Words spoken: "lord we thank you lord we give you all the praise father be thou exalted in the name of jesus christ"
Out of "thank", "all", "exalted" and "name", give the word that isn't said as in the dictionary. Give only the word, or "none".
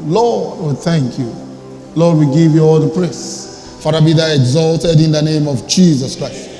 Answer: none